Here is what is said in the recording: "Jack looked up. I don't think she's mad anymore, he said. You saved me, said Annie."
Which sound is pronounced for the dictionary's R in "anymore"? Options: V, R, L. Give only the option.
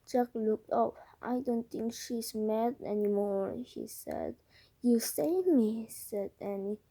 R